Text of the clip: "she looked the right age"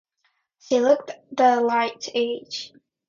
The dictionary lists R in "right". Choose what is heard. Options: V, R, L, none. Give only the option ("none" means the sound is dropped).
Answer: L